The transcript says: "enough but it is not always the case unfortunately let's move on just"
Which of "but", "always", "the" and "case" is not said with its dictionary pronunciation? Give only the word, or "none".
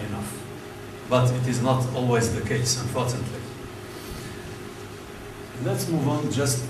none